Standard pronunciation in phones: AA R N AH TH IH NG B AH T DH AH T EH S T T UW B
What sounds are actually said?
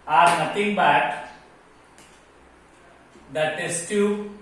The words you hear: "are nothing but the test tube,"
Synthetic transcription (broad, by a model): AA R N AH T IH NG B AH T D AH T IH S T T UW